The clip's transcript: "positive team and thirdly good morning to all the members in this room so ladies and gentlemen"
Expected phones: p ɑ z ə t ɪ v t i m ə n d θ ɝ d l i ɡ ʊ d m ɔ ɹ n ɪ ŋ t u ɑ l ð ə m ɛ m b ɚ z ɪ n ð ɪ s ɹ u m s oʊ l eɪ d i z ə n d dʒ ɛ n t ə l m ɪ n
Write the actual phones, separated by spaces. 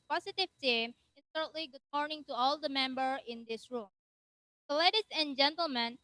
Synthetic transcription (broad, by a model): p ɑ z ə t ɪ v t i m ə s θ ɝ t l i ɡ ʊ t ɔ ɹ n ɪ ŋ t u ɑ l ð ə m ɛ m b ɚ ɪ n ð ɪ s ɹ u m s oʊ l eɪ d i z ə n dʒ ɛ n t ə l m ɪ n